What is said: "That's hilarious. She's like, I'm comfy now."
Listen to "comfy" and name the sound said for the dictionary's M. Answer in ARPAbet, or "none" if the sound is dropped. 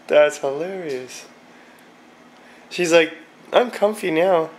M